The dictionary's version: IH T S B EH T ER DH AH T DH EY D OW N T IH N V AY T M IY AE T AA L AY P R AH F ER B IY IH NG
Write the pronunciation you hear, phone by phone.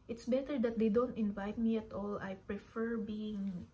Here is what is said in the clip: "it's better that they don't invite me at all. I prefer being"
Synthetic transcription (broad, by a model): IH T S B EH T ER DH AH T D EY D OW N T IH N V AY T M IY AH T AA L AY P R AH F ER B IY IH NG